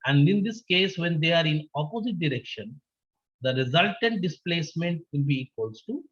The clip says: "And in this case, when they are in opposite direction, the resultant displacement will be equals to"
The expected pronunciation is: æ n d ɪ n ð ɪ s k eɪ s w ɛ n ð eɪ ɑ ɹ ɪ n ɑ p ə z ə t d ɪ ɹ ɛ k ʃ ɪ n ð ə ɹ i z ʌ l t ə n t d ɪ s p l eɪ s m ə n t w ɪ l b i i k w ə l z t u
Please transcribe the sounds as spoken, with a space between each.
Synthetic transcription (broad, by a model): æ n d ɪ n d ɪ s k eɪ s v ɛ n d eɪ ɑ ɹ ɪ n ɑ p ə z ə t d ɪ ɹ ɛ k ʃ ɪ n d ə ɹ i z ʌ l t ə n t d ɪ s p l eɪ s m ə n t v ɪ l b i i k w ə l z t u